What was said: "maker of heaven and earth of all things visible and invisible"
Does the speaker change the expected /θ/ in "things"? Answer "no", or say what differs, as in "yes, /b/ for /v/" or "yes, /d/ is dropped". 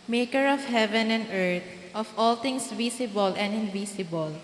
yes, /t/ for /θ/